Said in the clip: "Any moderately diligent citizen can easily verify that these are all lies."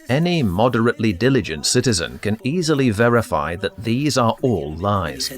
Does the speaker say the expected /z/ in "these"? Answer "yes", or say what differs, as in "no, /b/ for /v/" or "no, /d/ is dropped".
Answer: yes